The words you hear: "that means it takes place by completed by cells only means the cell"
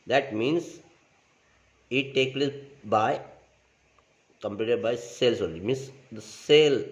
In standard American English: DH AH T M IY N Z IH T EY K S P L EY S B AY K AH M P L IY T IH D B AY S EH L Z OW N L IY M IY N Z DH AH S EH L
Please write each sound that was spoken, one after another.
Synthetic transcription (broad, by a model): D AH T M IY N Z IH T EY K P L EY S B AY K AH M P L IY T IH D B AY S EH L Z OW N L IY M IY N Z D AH S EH L